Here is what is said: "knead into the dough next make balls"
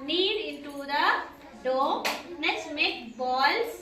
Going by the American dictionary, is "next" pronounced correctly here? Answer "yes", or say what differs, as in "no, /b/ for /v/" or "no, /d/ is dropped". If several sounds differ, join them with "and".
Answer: no, /k/ is dropped